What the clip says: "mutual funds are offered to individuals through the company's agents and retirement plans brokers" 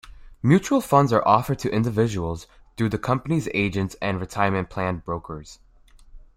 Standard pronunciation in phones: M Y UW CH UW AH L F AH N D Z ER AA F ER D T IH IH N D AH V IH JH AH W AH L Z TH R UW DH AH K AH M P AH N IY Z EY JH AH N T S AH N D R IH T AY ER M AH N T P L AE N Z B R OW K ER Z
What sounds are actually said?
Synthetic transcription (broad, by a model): M Y UW CH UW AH L F AH N D Z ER AA F ER D T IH IH N D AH V IH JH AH W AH L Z TH R UW DH AH K AH M P AH N IY Z EY JH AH N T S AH N R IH T AY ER M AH N P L AE N B R OW K ER Z